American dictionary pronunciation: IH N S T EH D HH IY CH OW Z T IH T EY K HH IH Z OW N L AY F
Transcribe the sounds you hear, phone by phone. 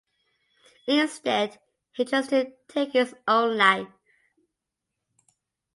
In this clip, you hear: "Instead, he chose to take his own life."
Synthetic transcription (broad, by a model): IH N S T EH D HH IY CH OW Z T IH T EY K HH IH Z OW N L AY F